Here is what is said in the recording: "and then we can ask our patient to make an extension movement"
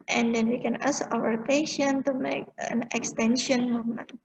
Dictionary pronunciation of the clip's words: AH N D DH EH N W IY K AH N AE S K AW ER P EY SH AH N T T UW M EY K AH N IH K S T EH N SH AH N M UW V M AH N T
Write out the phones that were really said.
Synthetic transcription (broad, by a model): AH N D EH N W IY K AH N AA S AW ER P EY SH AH N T T UW M EY K AH N IH K S T EH N SH AH N M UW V M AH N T